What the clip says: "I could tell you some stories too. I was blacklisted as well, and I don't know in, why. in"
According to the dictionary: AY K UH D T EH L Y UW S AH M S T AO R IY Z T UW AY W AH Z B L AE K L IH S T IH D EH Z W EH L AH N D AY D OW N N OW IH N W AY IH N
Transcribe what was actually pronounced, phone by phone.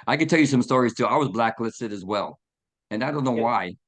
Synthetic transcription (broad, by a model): AY K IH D T EH L Y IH S AH M S T AO R IY Z T UW AY W AH Z B L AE K L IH S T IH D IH Z W EH L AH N AY D OW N N OW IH W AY IH